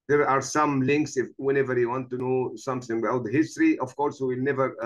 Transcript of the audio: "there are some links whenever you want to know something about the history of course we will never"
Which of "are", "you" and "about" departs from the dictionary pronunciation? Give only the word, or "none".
about